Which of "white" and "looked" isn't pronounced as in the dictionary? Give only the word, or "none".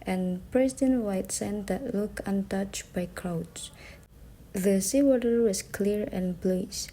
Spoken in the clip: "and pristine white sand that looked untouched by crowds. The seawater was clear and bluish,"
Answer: looked